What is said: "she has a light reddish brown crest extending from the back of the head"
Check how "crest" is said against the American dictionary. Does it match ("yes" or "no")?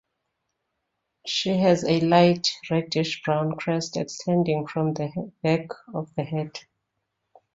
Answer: yes